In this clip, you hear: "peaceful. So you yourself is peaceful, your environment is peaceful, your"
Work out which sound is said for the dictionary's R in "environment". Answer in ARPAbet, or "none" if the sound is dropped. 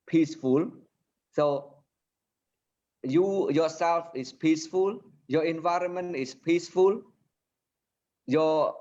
R